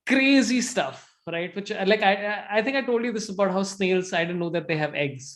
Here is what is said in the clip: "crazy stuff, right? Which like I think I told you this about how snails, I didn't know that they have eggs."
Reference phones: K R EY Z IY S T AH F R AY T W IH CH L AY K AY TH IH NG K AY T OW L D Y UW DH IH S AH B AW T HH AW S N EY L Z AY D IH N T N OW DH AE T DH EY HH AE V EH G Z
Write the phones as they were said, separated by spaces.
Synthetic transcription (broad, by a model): K R EY Z IY S T AH F R AY T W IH CH L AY K AY T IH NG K AY T OW L D Y UW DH IH S AH B AW T HH AW S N EY L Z AY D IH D N OW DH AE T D EY HH AE V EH G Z